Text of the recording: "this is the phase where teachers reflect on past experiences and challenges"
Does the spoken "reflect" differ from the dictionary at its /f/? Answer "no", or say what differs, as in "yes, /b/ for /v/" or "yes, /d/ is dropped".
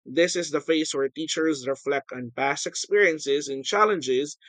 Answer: no